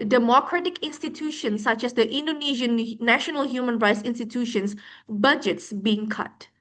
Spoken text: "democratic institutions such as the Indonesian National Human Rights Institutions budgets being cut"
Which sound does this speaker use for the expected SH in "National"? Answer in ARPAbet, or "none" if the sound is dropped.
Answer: SH